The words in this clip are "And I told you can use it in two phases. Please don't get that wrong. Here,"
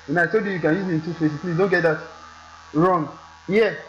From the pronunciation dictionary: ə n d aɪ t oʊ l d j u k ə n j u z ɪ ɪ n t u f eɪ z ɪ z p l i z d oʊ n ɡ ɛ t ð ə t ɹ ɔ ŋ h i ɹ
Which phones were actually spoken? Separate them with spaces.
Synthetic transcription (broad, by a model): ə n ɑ aɪ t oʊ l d j u k ə n j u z ɪ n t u p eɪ s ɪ s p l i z d oʊ n ɡ ɛ t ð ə t ɹ ɔ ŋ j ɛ